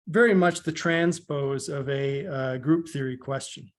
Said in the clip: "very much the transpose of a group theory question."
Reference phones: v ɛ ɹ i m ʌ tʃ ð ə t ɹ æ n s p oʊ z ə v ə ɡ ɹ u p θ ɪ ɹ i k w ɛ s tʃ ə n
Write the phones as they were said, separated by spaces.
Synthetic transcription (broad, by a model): v ɛ ɹ i m ʌ tʃ ð ə t ɹ æ n s p oʊ z ə v ə ɡ ɹ u p θ ɪ ɹ i k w ɛ s tʃ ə n